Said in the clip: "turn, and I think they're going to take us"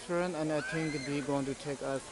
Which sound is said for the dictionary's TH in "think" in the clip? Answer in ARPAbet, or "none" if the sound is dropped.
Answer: T